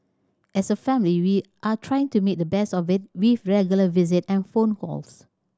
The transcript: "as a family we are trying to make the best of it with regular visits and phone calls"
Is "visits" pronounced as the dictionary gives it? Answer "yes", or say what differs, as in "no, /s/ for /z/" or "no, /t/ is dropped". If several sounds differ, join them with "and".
no, /s/ is dropped